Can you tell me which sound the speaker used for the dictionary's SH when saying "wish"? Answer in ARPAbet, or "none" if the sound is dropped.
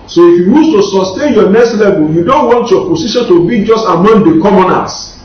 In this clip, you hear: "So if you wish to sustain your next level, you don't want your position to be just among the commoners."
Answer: S